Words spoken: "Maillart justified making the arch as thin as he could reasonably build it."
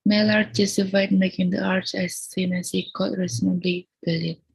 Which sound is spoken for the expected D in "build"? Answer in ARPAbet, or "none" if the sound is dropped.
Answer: none